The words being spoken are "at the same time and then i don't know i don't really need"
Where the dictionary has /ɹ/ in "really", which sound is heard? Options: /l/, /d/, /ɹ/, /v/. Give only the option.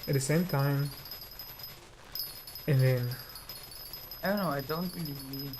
/l/